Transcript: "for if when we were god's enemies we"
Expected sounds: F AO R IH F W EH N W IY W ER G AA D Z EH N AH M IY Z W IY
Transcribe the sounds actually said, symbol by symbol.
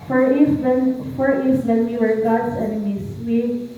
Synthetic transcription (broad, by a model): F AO R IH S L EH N W IY W ER G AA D S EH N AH M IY S W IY